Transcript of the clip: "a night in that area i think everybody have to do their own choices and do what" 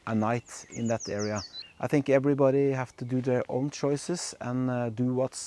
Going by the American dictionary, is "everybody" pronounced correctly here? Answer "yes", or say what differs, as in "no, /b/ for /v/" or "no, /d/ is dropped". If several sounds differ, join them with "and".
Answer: yes